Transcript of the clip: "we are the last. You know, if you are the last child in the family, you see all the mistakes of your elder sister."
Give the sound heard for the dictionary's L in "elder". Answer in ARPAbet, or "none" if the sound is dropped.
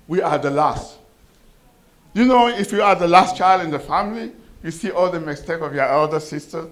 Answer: L